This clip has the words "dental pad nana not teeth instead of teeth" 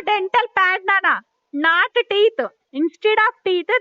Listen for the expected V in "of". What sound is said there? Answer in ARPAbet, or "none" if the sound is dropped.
P